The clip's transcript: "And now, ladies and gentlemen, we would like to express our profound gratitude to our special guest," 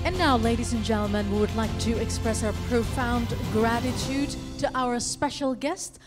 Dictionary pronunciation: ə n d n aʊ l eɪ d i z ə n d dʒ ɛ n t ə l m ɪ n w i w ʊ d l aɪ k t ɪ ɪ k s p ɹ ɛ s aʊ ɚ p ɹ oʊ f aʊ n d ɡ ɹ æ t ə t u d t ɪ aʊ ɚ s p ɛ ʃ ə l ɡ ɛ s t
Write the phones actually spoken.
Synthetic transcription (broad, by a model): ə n n aʊ l eɪ d i z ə n dʒ ɛ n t l m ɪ n w i w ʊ d l aɪ k t ɪ ɪ k s p ɹ ɛ s aʊ ɚ p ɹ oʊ f aʊ n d ɡ ɹ æ t ə t u d t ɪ aʊ ɚ s p ɛ ʃ l ɡ ɛ s t